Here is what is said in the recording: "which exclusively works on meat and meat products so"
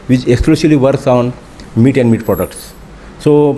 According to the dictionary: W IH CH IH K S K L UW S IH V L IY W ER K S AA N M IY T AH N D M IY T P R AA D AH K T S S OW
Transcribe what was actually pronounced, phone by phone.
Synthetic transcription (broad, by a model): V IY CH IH K S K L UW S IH L IY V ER K S AA N M IY T AH N D M IY T P R AA D AH K T S S OW